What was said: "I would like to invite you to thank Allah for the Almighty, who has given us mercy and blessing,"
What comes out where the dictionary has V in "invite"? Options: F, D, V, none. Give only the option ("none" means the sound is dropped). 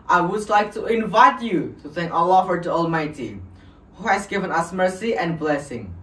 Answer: V